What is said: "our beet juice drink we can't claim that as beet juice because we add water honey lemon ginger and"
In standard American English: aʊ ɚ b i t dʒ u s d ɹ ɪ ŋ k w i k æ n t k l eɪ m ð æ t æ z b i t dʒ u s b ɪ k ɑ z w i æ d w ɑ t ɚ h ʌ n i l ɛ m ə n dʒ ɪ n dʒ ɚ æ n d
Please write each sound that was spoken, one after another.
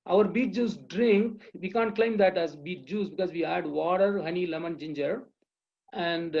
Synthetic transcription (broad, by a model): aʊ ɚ b i t dʒ u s d ɹ ɪ ŋ k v i k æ n t k l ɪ m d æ t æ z b i t dʒ u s b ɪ k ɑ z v i æ d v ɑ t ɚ h ʌ n i l ɛ m ə n dʒ ɪ n dʒ ɚ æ n d